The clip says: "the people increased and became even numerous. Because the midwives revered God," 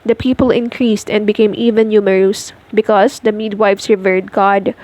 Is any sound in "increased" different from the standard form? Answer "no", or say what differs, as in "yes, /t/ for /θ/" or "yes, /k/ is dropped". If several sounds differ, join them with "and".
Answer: no